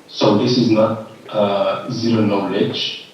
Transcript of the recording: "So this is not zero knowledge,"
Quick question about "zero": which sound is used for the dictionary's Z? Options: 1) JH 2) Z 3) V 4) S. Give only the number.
2